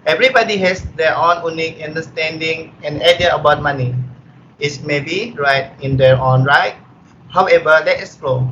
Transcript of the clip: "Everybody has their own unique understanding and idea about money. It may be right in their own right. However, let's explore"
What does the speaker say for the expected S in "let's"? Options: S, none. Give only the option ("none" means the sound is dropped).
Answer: none